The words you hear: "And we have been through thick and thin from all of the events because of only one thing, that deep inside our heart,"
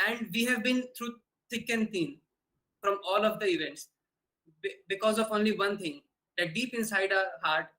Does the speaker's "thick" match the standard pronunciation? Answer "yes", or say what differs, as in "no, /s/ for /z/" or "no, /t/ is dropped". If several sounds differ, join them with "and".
no, /s/ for /θ/